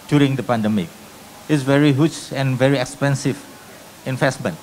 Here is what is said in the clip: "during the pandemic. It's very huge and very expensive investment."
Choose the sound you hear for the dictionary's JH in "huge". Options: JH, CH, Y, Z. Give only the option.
CH